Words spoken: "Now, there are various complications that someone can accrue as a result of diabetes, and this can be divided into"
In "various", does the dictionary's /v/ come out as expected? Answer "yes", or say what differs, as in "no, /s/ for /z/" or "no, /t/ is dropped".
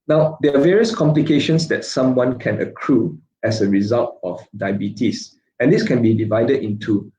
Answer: yes